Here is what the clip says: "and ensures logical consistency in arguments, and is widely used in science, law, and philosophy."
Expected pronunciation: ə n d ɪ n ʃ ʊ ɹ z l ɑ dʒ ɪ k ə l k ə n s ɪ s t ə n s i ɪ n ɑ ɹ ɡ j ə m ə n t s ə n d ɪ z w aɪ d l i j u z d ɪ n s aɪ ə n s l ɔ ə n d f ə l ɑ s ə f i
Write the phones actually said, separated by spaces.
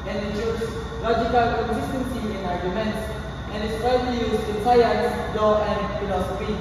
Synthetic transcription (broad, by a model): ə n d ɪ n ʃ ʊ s l ɑ dʒ ɪ k ə l k ə n s ɪ s t ə n s i ɪ n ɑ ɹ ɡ j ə m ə n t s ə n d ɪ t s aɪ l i j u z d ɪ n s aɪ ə s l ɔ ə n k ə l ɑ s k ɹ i